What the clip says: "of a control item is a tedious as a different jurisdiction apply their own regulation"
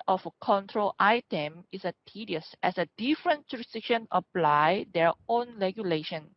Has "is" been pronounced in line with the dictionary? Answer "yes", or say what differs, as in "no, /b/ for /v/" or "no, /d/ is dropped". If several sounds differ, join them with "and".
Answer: no, /s/ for /z/